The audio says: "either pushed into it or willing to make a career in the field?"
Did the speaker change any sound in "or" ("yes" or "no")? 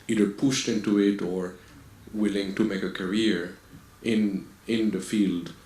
no